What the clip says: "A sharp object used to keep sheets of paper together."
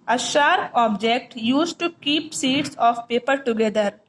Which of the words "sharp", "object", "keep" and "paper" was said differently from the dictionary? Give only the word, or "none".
sharp